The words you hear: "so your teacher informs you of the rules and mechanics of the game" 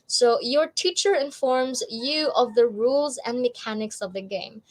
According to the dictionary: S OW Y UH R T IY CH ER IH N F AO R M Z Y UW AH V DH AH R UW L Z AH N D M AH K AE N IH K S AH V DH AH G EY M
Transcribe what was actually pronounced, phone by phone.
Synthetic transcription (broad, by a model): S OW Y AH R T IY CH ER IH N F AO R M Z Y UW AH V DH AH R UW L Z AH N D M AH K AE N IH K S AH V DH AH G EY M